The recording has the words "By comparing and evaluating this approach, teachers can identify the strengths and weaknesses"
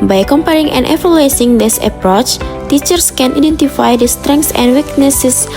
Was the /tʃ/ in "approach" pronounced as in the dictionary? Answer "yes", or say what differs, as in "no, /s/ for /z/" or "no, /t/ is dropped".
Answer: yes